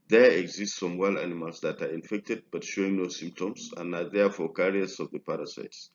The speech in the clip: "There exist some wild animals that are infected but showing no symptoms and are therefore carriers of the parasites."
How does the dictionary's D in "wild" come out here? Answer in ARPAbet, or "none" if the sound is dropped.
none